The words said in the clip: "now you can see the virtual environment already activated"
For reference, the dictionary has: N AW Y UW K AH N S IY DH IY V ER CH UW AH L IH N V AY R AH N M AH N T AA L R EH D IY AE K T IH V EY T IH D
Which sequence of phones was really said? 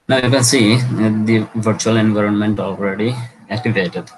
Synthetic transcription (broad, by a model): N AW Y UW K AH N S IY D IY V ER CH UW AH L IH N V AY R AH N M AH N T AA L R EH D IY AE K T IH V EY T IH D